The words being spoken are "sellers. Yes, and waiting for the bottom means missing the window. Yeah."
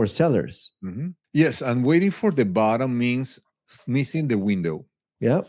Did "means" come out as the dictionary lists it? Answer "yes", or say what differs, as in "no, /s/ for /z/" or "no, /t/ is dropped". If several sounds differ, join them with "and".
no, /s/ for /z/